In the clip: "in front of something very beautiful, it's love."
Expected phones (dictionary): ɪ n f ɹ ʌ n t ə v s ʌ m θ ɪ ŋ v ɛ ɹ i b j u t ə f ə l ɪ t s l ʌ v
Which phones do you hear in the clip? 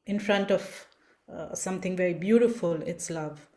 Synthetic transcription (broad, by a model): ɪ n f ɹ ʌ n t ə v s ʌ m t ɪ ŋ v ɛ ɹ i b j u t ə f ə l ɪ t s l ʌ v